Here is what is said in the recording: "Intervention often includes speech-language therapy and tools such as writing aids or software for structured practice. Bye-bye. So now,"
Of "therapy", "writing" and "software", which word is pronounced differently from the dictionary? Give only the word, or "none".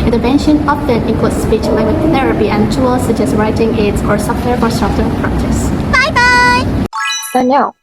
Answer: none